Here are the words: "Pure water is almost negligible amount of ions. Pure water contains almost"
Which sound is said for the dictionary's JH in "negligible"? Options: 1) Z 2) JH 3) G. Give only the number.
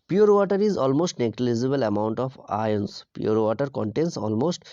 1